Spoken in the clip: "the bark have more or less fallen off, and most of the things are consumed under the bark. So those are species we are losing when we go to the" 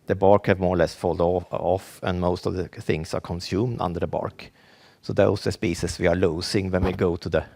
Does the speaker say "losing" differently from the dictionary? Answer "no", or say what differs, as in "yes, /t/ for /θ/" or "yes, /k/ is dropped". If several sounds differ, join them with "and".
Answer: yes, /s/ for /z/